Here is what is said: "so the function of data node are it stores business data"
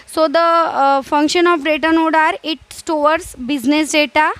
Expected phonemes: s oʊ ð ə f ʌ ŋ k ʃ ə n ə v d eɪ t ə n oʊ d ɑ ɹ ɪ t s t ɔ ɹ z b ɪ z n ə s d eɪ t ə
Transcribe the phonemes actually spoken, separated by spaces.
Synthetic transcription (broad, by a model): s oʊ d ə f ʌ ŋ k ʃ ə n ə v d eɪ t ə n oʊ d ɑ ɹ ɪ t s t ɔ ɹ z b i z n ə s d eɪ t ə